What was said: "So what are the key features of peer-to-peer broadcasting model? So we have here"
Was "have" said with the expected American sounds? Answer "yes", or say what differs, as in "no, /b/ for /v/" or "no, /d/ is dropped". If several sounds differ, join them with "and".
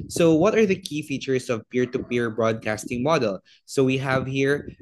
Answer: yes